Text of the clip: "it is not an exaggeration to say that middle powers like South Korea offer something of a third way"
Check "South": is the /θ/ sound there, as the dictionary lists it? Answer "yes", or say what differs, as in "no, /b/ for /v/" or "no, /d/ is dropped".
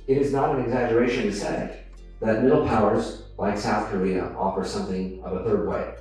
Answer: yes